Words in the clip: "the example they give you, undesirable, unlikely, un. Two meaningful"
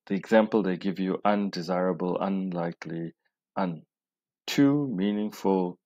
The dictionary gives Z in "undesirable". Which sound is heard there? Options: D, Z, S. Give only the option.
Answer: Z